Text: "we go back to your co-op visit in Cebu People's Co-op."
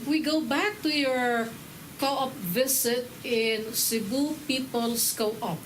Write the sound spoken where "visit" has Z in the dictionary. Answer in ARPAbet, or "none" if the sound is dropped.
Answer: S